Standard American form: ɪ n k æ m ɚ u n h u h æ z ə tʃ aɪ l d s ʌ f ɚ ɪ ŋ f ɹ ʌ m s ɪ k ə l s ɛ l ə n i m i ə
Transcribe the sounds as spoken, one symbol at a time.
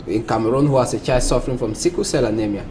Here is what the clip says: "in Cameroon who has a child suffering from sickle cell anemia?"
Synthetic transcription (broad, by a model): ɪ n k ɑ m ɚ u n h u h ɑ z ə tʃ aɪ d s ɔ f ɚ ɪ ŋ f ɹ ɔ m s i k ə s ɛ l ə n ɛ m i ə